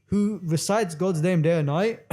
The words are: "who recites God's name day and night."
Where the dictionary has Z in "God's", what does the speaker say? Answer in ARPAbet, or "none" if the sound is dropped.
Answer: Z